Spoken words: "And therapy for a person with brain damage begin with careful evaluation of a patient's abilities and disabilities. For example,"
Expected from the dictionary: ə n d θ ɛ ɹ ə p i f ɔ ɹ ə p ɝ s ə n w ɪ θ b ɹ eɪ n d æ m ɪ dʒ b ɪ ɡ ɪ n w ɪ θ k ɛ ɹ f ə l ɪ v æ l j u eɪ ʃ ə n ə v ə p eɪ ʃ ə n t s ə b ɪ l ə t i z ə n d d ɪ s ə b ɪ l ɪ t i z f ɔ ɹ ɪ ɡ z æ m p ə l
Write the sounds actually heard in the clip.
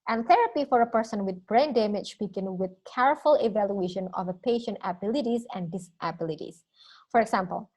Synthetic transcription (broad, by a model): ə n θ ɛ ɹ ə p i f ɔ ɹ ə p ɝ s ə n w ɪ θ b ɹ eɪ n d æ m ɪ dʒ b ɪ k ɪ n w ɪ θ k ɛ ɹ f ə l ɪ v æ l j u eɪ ʃ ə n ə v ə p eɪ ʃ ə n t ə b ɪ l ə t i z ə n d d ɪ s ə b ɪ l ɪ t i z f ɔ ɹ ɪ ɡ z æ m p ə l